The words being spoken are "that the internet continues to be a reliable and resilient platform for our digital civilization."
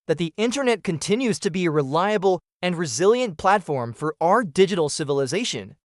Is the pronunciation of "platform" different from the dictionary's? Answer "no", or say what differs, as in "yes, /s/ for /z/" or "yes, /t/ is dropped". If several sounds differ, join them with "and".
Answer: no